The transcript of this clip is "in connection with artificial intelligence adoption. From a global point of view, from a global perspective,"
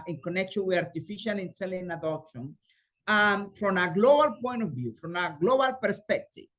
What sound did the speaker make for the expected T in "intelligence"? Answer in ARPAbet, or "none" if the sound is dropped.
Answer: S